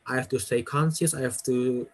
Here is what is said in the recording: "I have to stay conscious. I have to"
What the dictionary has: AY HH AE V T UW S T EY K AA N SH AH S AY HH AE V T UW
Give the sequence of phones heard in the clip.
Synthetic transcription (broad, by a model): AY HH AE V T UW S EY K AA N S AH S AY HH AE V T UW